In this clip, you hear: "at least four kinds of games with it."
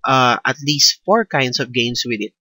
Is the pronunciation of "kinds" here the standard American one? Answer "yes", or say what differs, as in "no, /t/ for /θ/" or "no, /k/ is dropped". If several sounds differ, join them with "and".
no, /s/ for /z/